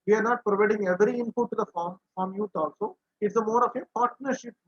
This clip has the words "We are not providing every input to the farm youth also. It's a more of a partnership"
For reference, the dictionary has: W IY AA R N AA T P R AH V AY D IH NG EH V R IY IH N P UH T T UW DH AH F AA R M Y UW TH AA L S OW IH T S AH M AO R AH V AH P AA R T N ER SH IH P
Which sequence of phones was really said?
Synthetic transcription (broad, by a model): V IY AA R N AA T P R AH V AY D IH NG EH V R IY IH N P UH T T UW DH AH F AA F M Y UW T AA L S OW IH T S AH M AO R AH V AH P AA R T N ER SH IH P